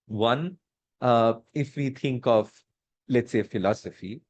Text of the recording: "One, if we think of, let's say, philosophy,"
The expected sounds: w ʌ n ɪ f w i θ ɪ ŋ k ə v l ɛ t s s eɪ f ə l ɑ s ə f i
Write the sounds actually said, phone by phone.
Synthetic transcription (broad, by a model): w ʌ n ɪ f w i t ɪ ŋ k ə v l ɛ t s s eɪ f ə l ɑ s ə f i